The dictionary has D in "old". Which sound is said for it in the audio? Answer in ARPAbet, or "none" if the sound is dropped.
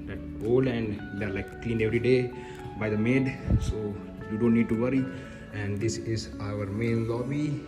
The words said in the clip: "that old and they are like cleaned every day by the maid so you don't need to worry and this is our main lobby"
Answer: none